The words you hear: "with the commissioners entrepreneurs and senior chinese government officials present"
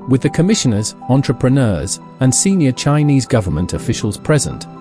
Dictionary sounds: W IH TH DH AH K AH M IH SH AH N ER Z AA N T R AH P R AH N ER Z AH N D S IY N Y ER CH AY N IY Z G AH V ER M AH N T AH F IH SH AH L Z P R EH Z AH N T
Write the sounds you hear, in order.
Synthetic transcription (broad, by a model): W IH DH AH K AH M IH SH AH N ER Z AA N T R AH P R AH N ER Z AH N S IY N Y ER CH AY N IY Z G AH V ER M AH N T AH F IH SH AH L Z P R EH Z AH N T